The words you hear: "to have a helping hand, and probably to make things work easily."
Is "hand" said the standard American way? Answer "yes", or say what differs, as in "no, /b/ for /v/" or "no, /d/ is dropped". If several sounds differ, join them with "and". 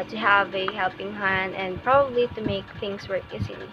no, /d/ is dropped